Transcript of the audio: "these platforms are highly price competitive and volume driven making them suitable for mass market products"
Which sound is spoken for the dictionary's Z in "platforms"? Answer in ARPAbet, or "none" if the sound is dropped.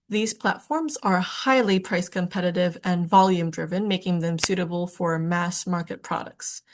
Z